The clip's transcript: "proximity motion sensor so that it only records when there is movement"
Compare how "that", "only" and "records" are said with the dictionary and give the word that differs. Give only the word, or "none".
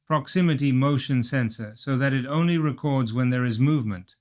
none